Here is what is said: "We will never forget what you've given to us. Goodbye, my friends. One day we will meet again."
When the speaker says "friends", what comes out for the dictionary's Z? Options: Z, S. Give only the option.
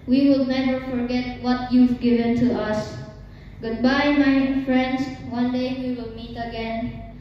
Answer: S